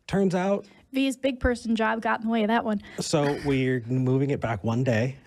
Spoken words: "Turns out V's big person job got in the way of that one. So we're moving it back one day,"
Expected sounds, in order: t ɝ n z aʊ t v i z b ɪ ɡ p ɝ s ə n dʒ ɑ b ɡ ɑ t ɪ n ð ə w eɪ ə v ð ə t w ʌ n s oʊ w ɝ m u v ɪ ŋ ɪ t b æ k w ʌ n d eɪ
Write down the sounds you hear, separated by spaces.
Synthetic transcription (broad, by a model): t ɝ n z aʊ t v i z b ɪ ɡ p ɝ s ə n dʒ ɑ b ɡ ɑ t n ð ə w eɪ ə ð ə t w ʌ n s oʊ w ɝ m u v ɪ ŋ ɪ t b æ k w ʌ n d eɪ